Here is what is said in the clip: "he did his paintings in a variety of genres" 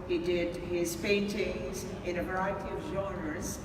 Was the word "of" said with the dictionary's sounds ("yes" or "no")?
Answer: yes